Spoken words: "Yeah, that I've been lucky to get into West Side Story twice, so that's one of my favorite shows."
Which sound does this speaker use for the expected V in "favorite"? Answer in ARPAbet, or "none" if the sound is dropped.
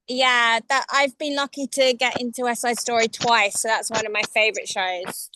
V